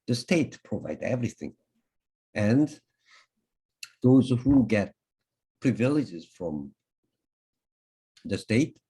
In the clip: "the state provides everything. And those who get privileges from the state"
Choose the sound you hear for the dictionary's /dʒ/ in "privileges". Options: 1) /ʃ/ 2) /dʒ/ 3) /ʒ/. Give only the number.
2